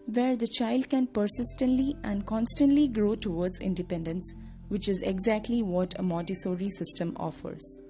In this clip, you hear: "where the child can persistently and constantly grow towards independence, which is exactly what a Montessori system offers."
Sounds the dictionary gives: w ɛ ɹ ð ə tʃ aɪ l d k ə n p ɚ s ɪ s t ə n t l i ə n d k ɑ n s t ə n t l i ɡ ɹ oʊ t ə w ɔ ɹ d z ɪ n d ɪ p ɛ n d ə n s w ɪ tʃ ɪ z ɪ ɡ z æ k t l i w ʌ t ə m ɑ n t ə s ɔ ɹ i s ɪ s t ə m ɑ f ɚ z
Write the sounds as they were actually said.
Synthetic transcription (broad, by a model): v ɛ ɹ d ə tʃ aɪ l d k ə n p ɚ s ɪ s t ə n t l i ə n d k ɑ n s t ə n t l i ɡ ɹ oʊ t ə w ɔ ɹ d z ɪ n d ɪ p ɛ n d ə n s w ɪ tʃ ɪ z ɪ ɡ z æ k t l i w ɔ t ə m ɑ t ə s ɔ ɹ i s ɪ s t ə m ɑ f ɚ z